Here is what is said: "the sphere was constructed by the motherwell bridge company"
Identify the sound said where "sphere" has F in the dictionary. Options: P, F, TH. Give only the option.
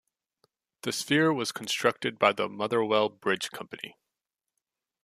F